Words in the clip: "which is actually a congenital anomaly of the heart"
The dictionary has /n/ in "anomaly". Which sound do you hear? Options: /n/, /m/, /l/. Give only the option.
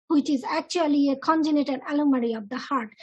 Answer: /l/